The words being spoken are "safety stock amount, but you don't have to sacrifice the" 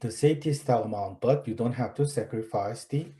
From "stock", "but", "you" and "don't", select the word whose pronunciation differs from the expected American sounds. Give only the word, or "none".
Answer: stock